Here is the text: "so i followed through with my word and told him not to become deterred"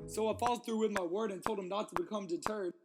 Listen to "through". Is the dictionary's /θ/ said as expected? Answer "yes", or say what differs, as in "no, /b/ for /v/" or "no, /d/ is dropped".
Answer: yes